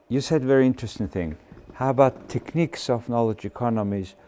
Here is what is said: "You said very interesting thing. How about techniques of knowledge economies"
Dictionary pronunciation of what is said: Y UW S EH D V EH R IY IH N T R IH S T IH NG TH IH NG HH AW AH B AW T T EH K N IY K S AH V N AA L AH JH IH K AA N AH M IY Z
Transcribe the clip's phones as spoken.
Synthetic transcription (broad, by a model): Y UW S EH D V EH R IY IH N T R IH S T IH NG TH IH NG HH AW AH B AW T T EH K N IY K S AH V N AA L AH JH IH K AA N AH M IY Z